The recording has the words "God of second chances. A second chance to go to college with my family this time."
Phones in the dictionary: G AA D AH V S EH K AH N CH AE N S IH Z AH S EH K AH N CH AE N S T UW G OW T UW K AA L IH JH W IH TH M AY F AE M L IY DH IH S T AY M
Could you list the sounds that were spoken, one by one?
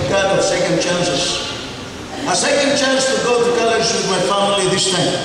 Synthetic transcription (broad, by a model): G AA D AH S EH K AH N CH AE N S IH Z AH S EH K AH N CH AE N S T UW G OW T UW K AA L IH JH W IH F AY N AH L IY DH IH S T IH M